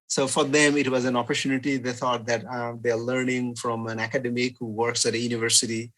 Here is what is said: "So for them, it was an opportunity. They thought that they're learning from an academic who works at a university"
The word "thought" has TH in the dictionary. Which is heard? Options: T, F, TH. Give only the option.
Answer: T